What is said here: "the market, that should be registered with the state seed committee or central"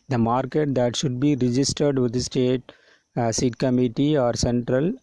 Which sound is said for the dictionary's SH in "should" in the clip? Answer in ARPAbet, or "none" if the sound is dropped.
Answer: SH